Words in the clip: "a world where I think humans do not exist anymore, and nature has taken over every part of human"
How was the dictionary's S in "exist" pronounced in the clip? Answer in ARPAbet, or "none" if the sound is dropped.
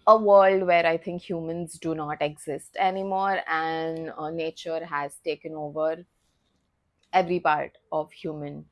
S